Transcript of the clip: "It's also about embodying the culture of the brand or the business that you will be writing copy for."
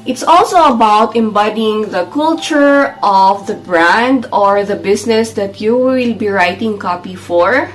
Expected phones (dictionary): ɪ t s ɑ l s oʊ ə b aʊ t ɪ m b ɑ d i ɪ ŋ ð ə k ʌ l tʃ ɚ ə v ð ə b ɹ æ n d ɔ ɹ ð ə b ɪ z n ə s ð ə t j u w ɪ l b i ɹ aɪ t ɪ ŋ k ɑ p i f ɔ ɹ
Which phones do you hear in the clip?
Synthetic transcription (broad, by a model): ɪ t s ɑ l s oʊ ə b aʊ t ɪ m b ɑ d i ɪ ŋ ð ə k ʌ l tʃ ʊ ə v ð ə b ɹ æ n d ɔ ɹ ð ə b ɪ s n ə s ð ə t j u w ɪ l b i ɹ aɪ t ɪ ŋ k ɑ p i f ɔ ɹ